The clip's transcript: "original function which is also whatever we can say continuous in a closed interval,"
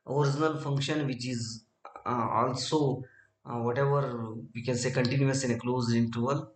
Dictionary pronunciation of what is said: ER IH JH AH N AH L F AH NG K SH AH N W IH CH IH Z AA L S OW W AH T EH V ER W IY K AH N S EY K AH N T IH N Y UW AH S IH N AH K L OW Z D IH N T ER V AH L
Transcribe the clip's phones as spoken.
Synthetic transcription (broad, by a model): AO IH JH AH N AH L F AH NG K SH AH N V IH CH IH Z AA L S OW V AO T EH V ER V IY K AH N S EY K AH N T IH N Y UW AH S IH N AH K L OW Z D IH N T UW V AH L